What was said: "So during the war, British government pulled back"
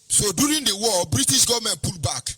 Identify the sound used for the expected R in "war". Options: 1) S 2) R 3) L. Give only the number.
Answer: 3